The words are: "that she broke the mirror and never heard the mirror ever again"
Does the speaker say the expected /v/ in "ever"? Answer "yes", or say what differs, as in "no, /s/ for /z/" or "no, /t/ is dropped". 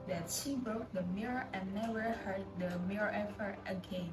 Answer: no, /f/ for /v/